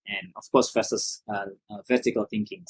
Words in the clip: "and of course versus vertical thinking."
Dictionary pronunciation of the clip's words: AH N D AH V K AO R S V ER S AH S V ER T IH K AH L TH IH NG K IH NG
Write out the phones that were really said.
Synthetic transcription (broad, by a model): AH N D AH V K AO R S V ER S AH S V ER T IH K AH L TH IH NG K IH NG